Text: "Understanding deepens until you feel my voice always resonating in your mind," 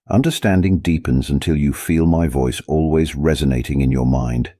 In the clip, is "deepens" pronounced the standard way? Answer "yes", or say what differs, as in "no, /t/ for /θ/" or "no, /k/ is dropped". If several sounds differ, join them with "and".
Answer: yes